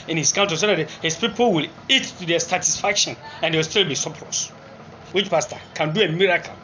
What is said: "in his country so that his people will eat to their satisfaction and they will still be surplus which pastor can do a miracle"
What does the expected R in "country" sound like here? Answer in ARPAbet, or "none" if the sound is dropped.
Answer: none